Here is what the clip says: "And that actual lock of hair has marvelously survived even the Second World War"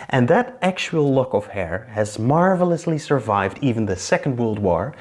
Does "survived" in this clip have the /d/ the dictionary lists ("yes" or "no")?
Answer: yes